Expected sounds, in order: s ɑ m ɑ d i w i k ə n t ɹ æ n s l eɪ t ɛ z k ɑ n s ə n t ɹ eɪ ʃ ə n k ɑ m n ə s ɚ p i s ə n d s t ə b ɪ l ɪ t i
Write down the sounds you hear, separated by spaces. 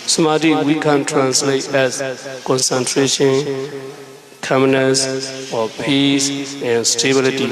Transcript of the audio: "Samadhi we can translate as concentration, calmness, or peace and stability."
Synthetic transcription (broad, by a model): s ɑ m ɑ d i w i k ə n t ɹ æ n s l eɪ t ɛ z k ɑ n s ə n t ɹ eɪ ʃ ə n k ɑ m n ə s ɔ p i s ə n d s t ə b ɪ l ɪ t i